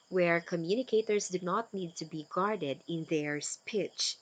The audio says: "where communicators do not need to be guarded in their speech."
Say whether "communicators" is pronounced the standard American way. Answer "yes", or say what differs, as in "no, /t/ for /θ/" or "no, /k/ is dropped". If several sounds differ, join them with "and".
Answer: no, /s/ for /z/